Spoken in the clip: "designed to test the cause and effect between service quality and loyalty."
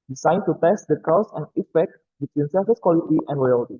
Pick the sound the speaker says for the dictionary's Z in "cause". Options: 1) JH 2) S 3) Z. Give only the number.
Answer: 2